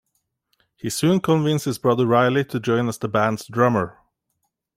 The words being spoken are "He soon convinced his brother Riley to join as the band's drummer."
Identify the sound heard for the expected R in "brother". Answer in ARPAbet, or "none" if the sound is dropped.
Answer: R